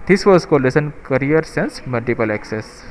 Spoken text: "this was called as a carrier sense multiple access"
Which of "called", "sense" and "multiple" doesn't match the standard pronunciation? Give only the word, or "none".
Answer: called